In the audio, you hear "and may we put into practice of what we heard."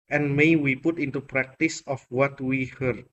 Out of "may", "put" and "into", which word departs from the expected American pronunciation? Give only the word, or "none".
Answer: none